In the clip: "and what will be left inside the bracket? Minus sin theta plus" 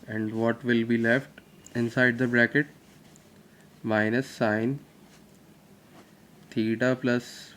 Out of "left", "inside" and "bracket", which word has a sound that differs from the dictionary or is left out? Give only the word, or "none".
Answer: none